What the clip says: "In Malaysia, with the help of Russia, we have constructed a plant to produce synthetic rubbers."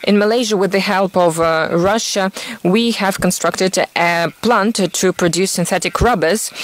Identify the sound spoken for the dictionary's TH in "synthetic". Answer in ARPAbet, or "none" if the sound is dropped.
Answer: TH